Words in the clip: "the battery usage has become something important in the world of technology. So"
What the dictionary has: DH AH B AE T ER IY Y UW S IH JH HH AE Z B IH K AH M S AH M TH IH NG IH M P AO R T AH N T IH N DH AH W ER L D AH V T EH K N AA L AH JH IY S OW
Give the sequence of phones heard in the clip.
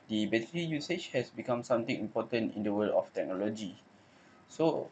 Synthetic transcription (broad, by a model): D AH B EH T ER IY Y UW S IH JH HH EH S B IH K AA M S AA M T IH NG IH M P AO T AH N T IH N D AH W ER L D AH F T EH K N AA L AH JH IY S OW